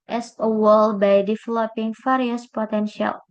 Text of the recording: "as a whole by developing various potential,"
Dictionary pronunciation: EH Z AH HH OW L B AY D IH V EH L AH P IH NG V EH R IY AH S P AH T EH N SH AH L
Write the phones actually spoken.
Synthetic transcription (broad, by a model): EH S AH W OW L B AY D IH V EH L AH P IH NG F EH R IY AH S P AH T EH N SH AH L